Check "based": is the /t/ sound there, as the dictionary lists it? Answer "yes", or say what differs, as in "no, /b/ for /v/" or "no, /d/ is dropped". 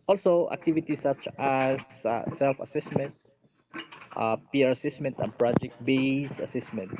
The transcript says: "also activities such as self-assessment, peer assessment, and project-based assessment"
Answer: no, /t/ is dropped